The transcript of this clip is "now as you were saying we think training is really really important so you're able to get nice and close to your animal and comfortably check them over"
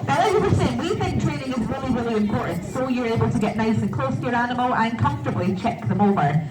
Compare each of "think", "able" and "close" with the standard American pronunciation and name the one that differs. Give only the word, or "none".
none